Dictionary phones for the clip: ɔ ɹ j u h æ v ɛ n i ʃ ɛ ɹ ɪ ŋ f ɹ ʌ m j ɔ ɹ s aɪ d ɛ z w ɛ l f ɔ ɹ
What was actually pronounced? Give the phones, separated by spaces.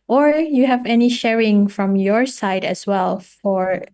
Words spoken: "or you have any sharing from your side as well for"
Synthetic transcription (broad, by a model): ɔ ɹ j u h æ v ɛ n i ʃ ɛ ɹ ɪ ŋ f ɹ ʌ m j ɔ ɹ s aɪ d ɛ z w ɛ l f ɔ ɹ